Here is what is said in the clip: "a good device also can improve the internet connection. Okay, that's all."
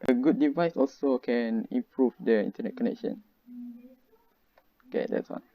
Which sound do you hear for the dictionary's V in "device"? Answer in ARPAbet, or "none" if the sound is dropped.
V